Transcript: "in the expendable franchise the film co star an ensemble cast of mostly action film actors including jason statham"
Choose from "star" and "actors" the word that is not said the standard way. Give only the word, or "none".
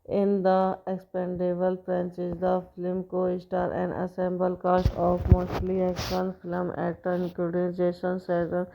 actors